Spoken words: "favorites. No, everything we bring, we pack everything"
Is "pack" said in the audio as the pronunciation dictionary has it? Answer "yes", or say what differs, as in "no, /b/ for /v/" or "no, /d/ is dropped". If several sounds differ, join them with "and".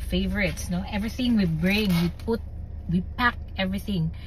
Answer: yes